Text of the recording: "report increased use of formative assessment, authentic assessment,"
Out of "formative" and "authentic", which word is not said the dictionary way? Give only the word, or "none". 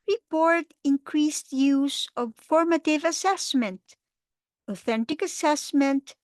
none